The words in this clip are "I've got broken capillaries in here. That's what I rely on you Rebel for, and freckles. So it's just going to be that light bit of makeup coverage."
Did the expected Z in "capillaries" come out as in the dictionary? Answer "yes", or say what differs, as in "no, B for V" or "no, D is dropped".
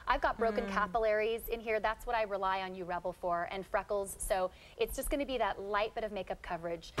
yes